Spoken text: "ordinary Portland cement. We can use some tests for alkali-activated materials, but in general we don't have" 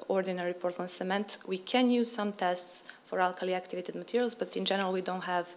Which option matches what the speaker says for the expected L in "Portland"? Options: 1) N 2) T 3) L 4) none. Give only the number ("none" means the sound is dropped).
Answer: 4